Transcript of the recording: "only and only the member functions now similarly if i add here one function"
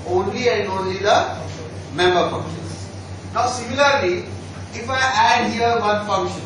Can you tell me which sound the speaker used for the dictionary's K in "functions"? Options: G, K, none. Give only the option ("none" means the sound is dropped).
none